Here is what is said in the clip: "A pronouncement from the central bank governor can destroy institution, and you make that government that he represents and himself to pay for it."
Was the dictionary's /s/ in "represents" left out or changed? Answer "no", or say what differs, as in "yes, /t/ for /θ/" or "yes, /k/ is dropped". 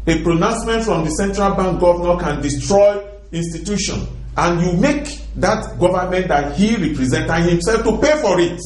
yes, /s/ is dropped